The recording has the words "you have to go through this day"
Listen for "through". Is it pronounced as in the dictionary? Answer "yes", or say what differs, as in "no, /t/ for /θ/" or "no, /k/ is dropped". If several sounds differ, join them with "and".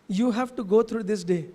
no, /t/ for /θ/